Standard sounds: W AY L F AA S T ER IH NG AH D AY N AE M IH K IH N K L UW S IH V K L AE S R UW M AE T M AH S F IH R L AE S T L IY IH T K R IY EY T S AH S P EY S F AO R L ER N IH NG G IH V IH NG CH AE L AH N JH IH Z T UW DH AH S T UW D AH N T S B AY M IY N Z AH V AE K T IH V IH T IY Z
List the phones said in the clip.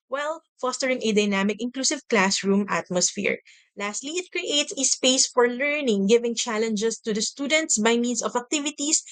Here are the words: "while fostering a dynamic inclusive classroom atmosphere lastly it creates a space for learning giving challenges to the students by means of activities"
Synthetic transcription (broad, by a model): W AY L F AA S T ER IH NG AH D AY N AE M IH K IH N K L UW S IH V K L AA S R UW M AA T M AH S F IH R L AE S T L IY IH T K R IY EY T S AH S P EY S F AO R L ER N IH NG G IH V IH NG CH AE L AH N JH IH S T UW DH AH S T UW D AH N T S B AY M IY N S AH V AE K T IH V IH T IY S